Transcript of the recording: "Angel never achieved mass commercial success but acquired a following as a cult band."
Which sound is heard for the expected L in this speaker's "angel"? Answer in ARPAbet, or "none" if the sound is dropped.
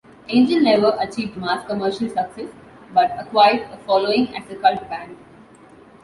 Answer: N